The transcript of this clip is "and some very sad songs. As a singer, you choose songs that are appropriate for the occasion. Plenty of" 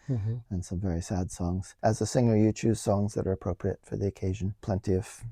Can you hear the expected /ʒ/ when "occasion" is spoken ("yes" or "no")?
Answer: yes